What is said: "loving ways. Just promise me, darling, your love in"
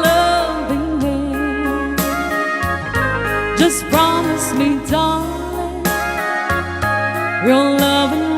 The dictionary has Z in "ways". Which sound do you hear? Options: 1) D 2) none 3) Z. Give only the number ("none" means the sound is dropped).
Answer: 2